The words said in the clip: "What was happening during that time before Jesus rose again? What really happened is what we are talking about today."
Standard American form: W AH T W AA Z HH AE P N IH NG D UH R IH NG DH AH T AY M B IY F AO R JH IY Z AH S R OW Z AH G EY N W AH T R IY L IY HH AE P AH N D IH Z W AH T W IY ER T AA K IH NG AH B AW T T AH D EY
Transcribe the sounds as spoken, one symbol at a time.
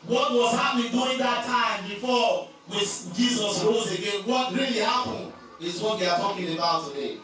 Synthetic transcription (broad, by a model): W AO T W AA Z HH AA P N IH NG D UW IH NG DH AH T AY M B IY F AO W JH IY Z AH S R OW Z AH G EY N W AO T R IY L IY HH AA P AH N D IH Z W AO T W IY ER T AA K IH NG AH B AW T T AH D EY